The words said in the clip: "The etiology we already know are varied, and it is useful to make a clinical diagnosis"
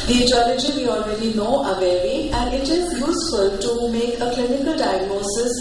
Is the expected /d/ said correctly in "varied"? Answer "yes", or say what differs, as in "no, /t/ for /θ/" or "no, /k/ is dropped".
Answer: no, /d/ is dropped